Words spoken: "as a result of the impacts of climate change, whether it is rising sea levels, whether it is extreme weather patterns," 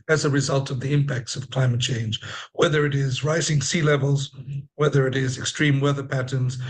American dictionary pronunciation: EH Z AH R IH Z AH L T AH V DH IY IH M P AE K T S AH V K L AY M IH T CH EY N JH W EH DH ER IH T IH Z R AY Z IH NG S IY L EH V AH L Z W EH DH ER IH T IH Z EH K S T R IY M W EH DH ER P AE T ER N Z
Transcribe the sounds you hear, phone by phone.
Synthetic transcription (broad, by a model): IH Z AH R IH Z AH L T AH V DH IY IH M P AE K T S AH V K L AY M IH T CH EY N JH W EH DH ER IH T IH Z R AY Z IH NG S IY L EH V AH L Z W EH DH ER IH T IH Z EH K S T R IY M W EH DH ER P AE T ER N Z